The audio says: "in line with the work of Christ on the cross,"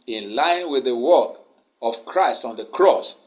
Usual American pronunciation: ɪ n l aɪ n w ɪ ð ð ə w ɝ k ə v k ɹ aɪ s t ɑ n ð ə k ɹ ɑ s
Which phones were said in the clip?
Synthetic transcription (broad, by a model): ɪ n l aɪ n w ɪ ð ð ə w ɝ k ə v k ɹ aɪ s t ɑ n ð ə k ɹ ɑ s